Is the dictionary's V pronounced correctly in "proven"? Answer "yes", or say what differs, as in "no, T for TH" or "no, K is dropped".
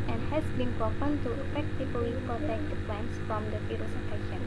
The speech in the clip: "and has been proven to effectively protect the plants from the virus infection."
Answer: no, P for V